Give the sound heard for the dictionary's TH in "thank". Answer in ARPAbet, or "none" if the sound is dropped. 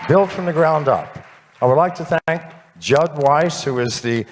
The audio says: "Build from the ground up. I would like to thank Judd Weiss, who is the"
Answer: TH